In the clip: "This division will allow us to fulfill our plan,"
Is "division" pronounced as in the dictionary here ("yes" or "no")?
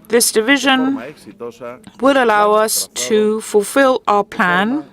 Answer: yes